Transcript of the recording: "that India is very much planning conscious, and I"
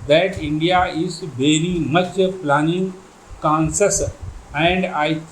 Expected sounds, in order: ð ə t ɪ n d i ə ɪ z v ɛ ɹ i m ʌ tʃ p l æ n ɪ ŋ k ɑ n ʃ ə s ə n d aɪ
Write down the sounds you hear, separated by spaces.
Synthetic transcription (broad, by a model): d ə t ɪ n d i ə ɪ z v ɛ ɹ i m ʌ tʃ p l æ n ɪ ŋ k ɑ n s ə s ə n d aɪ